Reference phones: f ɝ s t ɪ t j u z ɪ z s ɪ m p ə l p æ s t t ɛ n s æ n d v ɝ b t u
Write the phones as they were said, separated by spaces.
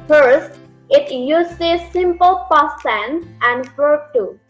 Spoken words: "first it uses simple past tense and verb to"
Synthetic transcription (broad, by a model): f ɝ s t ɪ t j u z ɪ s ɪ m p ə l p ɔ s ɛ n æ n d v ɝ t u